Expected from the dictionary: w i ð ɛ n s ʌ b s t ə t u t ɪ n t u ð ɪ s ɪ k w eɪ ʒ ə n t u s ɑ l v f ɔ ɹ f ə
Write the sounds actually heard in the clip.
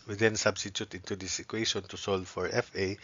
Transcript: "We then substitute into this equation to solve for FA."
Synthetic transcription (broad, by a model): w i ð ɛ n s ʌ b s t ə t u t ɪ n t u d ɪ s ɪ k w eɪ ʃ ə n t u s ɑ l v f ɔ ɹ f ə